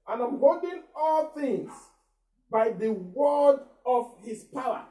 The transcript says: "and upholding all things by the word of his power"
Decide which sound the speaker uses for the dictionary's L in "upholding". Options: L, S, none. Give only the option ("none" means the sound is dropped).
none